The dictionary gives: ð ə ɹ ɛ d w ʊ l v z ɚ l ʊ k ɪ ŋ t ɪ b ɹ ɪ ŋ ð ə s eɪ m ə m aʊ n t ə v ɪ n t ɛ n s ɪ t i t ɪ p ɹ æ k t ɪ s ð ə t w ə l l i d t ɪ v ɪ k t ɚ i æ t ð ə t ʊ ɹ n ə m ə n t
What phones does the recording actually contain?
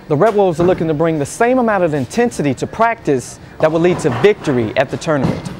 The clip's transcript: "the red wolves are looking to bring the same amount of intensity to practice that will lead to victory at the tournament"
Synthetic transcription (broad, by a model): ð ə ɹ ɛ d w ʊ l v z ɚ l ʊ k ɪ ŋ t ɪ b ɹ ɪ ŋ ð ə s eɪ m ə m aʊ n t ə v ɪ n t ɛ n s ɪ t i t ɪ p ɹ æ k t ɪ s ð ə t w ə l l i d t ɪ v ɪ k t ɚ i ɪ t ð ə t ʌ ɹ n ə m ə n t